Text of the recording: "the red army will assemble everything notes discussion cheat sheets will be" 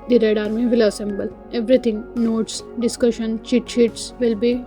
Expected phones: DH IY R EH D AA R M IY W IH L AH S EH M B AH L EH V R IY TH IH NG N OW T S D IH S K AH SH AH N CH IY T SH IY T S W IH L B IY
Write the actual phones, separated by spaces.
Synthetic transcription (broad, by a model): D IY R EH D AA R M IY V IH L AH S EH M B AH L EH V R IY T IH NG N OW T S D IH S K AH SH AH N CH IY T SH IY T S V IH L B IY